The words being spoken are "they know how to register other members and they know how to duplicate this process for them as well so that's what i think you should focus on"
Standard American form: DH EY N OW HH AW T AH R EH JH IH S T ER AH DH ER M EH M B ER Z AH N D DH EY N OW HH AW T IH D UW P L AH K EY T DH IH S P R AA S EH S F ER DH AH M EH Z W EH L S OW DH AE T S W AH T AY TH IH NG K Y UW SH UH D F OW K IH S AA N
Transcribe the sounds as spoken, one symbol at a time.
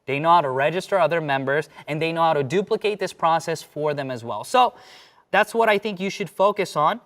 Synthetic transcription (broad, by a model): DH EY N OW HH AW T AH R EH JH IH S T ER AH DH ER M EH M B ER Z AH N DH EY N OW HH AW T IH D UW P L AH K EY T DH IH S P R AA S EH S F ER DH AH M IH Z W EH L S OW DH AE T S W AH T AY TH IH NG K Y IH SH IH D F OW K IH S N